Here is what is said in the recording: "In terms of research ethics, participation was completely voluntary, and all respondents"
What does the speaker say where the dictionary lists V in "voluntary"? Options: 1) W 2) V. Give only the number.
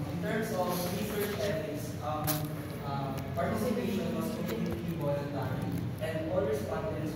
1